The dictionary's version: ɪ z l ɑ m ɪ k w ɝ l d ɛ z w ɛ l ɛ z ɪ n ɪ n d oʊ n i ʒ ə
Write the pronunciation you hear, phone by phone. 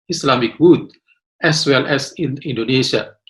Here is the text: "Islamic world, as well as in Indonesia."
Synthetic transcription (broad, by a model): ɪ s l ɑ m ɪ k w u d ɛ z w ɛ l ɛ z ɪ n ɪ n d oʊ n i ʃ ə